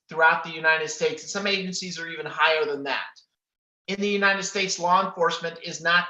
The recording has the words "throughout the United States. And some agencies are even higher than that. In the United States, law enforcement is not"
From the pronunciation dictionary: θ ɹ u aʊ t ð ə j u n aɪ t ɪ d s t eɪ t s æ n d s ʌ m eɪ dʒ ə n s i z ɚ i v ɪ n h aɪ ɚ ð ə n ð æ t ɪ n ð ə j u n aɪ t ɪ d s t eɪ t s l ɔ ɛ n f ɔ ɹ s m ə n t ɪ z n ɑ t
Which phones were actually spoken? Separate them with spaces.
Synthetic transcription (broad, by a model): θ ɹ u aʊ t ð ə j u n aɪ t ɪ d s t eɪ t s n s ʌ m eɪ dʒ ə n s i z ɚ i v ɪ n h aɪ ɚ ð ə n ð æ t ɪ n ð ə j u n aɪ t ɪ d s t eɪ t s l ɔ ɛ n f ɔ ɹ s m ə n t ɪ z n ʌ t